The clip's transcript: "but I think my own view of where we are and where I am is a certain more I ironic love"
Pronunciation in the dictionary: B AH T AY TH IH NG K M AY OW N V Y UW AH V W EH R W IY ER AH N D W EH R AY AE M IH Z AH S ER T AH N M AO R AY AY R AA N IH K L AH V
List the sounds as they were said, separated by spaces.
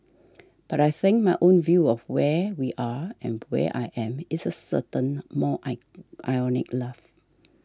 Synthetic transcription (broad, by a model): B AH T AY TH IH NG K M AY OW N V Y UW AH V W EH W IY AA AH N W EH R AY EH M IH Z AH S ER T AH N M AO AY AY AA N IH K L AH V